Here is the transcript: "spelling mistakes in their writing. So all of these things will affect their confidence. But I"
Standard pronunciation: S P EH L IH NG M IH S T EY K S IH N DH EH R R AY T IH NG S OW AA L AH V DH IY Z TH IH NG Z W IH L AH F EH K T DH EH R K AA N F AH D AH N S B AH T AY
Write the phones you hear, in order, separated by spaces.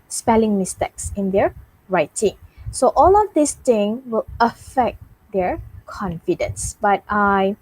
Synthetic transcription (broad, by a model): S P EH L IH NG M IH S T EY K S IH N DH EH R R AY T IH NG S OW AA L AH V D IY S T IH NG W IH L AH F EH K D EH R K AA N F AH D AH N S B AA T AY